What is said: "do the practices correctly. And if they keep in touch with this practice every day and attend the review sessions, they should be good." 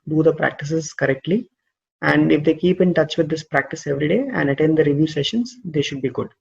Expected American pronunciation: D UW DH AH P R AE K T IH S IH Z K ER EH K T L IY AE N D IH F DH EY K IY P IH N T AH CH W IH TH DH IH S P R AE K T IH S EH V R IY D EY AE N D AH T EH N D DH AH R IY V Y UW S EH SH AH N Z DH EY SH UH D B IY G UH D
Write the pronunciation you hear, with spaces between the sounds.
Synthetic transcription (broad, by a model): D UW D AH P R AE K T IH S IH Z K ER EH K T L IY AE N D IH F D EY K IY P IH N T AH CH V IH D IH S P R AE K T IH S EH V R IY D EY AE N D AH T EH N D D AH R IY V Y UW S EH SH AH N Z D EY SH UH D B IY G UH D